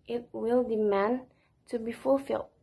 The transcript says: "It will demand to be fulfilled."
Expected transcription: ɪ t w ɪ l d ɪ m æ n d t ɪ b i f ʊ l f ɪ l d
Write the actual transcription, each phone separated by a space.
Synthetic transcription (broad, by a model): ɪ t w ɪ l d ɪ m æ n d t ɪ b i f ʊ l f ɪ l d